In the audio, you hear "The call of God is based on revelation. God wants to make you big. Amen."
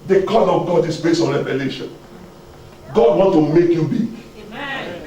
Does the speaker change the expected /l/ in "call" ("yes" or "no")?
yes